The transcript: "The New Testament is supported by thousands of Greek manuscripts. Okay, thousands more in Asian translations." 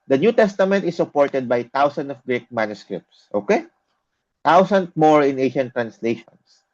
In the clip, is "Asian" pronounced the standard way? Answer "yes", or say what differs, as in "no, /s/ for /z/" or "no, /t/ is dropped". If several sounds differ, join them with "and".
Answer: no, /ʃ/ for /ʒ/